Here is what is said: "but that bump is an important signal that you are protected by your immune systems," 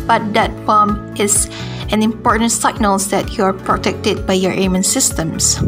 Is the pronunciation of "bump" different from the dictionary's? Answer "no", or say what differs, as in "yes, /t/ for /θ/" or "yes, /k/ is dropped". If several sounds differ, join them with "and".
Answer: yes, /p/ is dropped